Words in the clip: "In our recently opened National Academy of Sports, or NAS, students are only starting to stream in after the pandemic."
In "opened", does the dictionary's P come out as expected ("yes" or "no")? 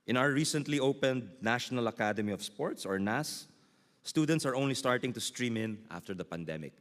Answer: yes